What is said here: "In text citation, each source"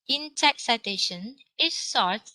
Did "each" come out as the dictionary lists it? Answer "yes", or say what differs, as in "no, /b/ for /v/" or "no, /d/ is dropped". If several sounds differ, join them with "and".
no, /s/ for /tʃ/